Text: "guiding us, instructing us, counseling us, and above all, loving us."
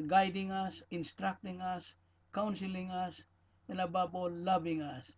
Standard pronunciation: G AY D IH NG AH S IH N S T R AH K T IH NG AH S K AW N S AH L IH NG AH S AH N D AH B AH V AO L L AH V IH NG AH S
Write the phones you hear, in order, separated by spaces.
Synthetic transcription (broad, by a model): G AY D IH NG AH S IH N S T R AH K T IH NG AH S K AW N S AH L IH NG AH S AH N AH B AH B AO L L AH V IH NG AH S